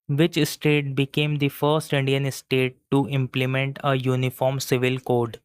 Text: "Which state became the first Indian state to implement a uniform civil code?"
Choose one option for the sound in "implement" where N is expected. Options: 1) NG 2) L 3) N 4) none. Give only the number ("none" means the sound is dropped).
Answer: 3